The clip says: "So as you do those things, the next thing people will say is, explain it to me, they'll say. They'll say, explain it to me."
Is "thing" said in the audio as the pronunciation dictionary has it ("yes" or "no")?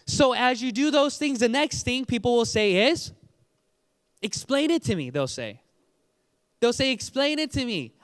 yes